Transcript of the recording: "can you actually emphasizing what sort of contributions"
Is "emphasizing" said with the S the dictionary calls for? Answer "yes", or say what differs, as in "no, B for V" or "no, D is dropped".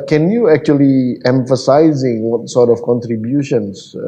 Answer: yes